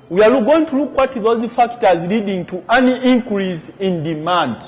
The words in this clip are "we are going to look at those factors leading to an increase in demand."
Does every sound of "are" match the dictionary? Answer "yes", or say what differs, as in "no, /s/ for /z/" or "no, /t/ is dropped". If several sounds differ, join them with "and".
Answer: no, /l/ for /ɹ/